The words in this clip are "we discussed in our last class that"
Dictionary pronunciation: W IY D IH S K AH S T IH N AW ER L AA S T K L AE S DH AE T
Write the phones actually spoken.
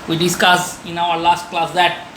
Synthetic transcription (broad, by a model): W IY D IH S K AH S IH N AW ER L AA S T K L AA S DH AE T